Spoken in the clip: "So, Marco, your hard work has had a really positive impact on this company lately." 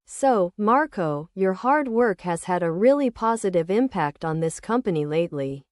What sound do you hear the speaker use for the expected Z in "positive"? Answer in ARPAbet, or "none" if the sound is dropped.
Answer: Z